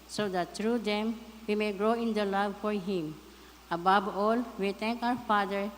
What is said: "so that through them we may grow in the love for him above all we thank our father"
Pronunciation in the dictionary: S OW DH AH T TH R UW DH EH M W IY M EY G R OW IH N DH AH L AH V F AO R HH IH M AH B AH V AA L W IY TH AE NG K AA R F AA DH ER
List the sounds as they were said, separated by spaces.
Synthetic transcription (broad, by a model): S OW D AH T T R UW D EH M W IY M EY G R OW IH N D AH L AH V F AO R HH IH M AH B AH B AA L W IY T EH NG K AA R F AA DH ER